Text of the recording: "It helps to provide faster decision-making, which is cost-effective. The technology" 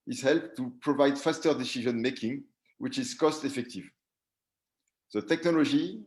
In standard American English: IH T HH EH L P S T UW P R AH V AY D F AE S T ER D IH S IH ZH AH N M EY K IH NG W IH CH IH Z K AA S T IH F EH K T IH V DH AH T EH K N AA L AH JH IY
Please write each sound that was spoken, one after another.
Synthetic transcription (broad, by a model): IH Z HH EH L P T UW P R AH V AY D F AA S T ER D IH S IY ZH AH N M EY K IH NG W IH CH IH Z K AA S T IH F EH K T IH V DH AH T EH K N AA L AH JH IY